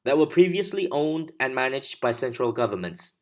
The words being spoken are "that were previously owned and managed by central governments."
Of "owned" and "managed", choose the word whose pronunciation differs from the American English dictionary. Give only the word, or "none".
none